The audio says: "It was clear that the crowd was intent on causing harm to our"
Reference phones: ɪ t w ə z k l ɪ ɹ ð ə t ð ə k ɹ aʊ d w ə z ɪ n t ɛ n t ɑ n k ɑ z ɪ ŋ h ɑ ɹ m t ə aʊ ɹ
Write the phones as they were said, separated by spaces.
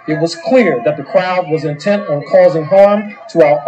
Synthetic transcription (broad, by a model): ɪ t w ə z k l ɪ ɹ ð ə t ð ə k ɹ aʊ d w ə z ɪ n t ɛ n t n k ɑ z ɪ ŋ h ɑ ɹ m t ə aʊ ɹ